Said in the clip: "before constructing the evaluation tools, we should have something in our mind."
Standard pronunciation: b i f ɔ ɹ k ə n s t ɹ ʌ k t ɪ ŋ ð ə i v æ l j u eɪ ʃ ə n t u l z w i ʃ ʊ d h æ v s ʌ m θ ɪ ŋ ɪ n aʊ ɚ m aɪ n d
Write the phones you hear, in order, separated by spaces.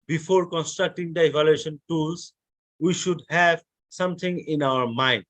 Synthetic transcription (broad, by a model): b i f ɔ ɹ k ə n s t ɹ ʌ k t ɪ ŋ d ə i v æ l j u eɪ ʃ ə n t u l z w i ʃ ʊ d h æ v s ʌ m t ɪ ŋ ɪ n aʊ ɚ m aɪ n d